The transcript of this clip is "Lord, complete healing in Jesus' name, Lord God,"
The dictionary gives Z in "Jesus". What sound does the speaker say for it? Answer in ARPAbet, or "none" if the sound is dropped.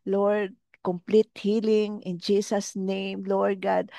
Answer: S